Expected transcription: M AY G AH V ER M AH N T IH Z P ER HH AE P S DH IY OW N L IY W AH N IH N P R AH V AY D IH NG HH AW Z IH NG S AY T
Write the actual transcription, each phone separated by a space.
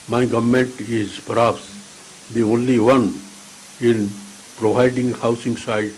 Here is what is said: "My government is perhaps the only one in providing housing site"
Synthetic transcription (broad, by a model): M AY G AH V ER M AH N T IH Z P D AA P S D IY OW N L IY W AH N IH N P R AH V AY D IH NG HH AW S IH NG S AY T